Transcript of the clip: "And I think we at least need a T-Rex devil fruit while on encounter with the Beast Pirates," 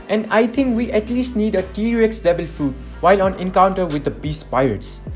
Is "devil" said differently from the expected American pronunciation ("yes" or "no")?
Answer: yes